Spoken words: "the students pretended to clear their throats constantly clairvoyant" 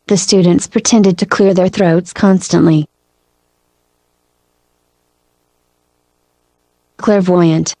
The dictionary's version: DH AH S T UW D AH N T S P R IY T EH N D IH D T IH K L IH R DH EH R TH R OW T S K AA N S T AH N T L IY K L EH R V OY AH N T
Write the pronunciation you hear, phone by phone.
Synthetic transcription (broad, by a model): DH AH S T UW D N T S P R IY T EH N D IH D T IH K L IH R DH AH R TH R OW T S K AA N S T AH N T L IY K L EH R V OY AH N T